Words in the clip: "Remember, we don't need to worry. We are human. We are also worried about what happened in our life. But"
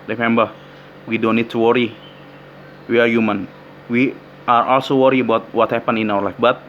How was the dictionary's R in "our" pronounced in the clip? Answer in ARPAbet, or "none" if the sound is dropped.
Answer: W